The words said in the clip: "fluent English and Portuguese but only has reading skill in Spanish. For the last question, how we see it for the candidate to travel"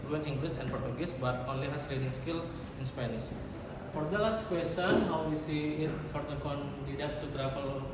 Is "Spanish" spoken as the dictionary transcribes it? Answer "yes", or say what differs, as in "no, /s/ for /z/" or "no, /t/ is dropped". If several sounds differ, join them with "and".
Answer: no, /s/ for /ʃ/